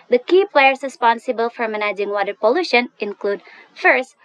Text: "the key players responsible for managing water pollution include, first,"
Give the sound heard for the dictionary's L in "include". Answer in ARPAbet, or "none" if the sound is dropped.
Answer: L